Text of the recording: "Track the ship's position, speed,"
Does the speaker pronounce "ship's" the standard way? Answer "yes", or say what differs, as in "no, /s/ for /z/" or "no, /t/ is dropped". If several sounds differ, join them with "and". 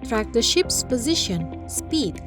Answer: yes